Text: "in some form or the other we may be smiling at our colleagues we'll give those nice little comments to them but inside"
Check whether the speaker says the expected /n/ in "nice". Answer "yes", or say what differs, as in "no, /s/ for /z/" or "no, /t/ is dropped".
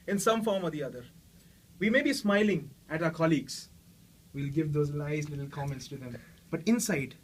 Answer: no, /l/ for /n/